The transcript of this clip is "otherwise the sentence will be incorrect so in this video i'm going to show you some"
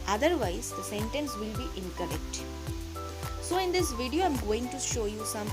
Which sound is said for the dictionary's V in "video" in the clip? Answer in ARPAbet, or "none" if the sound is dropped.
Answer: V